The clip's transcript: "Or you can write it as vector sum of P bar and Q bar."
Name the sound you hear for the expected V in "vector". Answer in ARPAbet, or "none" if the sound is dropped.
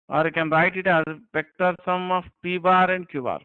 P